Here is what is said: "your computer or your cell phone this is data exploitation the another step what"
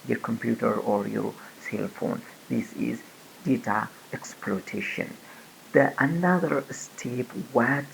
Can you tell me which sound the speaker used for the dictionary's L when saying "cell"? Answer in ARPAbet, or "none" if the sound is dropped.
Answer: L